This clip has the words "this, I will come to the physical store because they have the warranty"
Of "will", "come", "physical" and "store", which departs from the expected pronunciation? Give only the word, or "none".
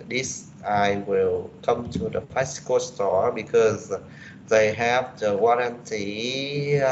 physical